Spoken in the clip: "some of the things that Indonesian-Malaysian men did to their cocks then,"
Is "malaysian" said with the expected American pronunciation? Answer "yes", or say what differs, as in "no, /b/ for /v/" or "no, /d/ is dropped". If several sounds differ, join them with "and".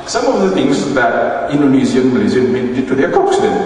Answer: no, /z/ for /ʒ/